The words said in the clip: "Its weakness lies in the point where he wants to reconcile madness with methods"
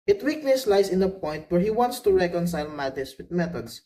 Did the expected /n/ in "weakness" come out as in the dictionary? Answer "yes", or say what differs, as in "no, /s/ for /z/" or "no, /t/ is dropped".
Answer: no, /l/ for /n/